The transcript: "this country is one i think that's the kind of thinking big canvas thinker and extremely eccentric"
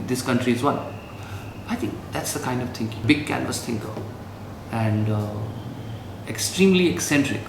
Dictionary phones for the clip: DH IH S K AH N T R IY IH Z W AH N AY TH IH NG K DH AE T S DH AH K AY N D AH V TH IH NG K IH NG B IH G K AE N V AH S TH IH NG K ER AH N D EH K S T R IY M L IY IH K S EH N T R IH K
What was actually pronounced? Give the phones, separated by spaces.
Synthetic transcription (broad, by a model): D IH S K AH N T R IY IH Z W AH N AY T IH NG K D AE T S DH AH K AY N D AH V T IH NG K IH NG B IH G K AE N V AH S T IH NG K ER AH N D EH K S T R IY M L IY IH K S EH N T R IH K